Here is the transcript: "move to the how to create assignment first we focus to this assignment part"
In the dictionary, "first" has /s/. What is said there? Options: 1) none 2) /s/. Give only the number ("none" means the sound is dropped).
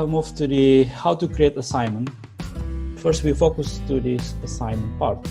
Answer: 2